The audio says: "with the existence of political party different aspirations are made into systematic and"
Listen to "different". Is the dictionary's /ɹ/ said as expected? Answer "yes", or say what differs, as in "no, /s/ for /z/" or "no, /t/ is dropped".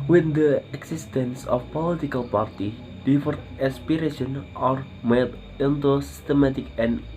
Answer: no, /ɹ/ is dropped